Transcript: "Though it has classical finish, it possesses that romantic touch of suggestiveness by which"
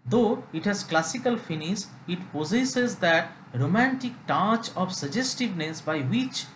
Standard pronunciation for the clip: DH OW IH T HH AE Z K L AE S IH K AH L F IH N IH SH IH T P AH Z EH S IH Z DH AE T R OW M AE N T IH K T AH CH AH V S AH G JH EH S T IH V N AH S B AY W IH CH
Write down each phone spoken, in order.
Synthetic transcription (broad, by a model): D OW IH T HH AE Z K L AE S IH K AH L F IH N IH S IH T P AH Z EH S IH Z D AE T R OW M AE N T IH K T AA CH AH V S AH JH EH S T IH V N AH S B AY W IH CH